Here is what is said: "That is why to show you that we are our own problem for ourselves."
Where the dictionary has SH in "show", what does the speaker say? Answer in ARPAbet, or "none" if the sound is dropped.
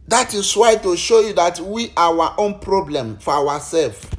SH